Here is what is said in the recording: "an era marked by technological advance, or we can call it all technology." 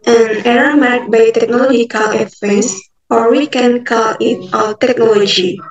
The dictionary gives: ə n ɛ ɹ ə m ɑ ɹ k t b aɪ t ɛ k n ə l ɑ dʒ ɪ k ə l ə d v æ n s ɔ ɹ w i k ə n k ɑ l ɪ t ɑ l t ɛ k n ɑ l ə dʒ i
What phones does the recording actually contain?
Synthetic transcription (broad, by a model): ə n ɛ ɹ ə m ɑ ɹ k b aɪ t ɛ k n ə l ɑ dʒ ɪ k ə l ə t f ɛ s ɔ ɹ w i k ə n k ɑ l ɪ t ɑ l t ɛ k n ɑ l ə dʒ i